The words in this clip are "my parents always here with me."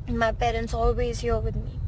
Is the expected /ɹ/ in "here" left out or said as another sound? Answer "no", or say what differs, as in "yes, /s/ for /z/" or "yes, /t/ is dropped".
yes, /l/ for /ɹ/